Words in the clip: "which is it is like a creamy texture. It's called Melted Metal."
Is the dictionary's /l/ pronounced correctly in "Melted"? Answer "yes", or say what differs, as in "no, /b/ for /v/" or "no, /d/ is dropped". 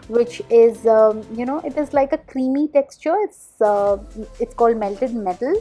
yes